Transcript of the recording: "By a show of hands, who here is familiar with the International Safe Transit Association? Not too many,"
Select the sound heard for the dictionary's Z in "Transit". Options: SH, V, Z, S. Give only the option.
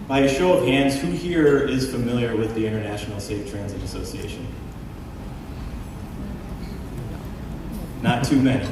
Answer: Z